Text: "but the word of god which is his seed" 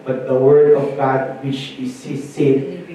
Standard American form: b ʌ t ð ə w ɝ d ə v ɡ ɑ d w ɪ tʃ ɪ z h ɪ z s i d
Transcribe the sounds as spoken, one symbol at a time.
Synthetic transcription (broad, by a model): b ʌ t ð ə w ɝ d ə v ɡ ɑ d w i ʃ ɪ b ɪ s s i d